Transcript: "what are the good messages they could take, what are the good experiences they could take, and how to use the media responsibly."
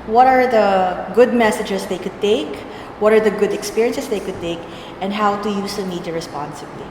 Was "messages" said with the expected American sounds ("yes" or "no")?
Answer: no